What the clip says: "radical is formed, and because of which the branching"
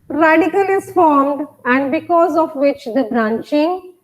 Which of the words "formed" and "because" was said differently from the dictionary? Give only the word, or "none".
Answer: none